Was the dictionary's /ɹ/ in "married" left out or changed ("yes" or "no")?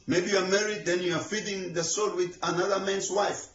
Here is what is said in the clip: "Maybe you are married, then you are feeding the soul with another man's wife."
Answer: no